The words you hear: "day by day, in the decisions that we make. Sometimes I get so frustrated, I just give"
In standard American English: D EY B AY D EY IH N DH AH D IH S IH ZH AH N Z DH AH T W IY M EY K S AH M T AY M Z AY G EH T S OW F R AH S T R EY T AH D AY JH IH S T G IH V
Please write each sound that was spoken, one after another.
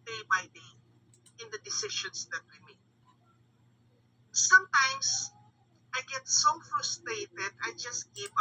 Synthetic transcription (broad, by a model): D EY B AY D EY IH N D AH D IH S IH SH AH N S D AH T W IY M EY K S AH M T AY M S AY G EH T S OW F R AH S T R EY T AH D AY JH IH S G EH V